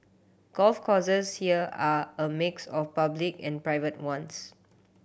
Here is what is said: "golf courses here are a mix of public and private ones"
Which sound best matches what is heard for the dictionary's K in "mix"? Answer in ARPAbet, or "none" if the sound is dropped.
K